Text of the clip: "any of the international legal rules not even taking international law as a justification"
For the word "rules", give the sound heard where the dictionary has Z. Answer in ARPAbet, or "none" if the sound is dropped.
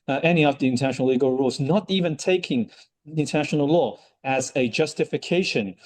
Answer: Z